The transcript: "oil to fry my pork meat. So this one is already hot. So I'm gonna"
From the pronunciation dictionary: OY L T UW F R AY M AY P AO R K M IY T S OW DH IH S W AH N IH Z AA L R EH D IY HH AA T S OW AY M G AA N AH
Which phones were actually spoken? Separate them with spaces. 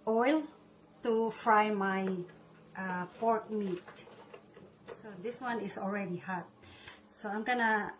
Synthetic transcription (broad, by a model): OY L T UW F R AY M AY P AO R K M IY T S OW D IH S W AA N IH S AA L R EH D IY HH AA T S OW AY M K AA N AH